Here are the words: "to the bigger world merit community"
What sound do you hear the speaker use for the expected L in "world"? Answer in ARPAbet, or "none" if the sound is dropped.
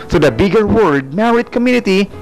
none